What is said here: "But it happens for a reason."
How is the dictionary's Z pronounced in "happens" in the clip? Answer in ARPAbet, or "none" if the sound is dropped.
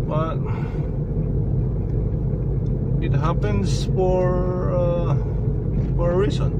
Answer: S